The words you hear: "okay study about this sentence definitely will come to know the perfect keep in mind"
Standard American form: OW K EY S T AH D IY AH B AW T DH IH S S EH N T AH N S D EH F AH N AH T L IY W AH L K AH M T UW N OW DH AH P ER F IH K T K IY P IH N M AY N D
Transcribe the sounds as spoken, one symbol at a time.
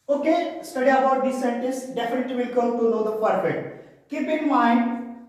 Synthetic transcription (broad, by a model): OW K EY S T AH D IY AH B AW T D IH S S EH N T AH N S D EH F AH N AH T L IY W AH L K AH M T UW N OW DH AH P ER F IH T K IY P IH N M AY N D